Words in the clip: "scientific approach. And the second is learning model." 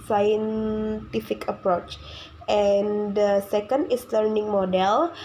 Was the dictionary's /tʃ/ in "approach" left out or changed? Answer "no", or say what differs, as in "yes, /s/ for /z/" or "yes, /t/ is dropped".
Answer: no